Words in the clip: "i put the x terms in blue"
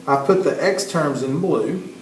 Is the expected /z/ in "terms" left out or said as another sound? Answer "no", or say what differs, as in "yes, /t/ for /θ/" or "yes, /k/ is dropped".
no